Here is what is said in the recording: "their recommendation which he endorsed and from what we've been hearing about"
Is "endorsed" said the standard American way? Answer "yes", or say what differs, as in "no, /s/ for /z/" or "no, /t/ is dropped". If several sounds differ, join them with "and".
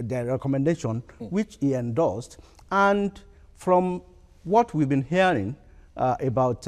no, /l/ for /ɹ/